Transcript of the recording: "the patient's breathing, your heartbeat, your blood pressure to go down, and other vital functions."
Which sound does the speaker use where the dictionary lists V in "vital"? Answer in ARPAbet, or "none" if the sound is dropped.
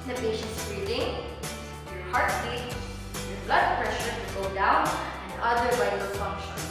W